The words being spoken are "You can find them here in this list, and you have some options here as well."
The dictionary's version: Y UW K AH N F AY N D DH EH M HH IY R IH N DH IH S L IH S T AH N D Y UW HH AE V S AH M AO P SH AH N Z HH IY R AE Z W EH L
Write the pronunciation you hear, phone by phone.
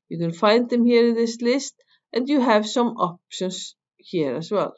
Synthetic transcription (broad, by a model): Y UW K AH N F AY N D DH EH M HH IY R IH N DH IH S L IH S T AH N D Y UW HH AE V S AH M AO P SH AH N S HH IY R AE S W EH L